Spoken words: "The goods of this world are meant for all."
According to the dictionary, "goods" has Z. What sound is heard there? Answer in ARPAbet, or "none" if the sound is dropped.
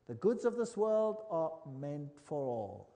Z